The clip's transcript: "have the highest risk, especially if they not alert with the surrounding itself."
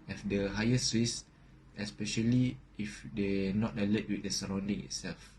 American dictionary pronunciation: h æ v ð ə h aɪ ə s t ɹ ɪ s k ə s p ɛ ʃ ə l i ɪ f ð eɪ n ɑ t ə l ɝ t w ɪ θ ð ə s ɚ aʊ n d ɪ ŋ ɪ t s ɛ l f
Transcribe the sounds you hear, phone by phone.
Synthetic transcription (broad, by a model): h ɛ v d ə h aɪ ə s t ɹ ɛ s ə s p ɛ ʃ ə l i ɪ f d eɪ n ɑ t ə l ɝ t w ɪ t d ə s ɚ aʊ n d ɪ ŋ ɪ t s ɛ l f